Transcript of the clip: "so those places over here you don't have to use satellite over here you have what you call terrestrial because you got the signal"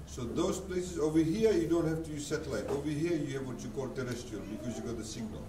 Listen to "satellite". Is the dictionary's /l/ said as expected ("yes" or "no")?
yes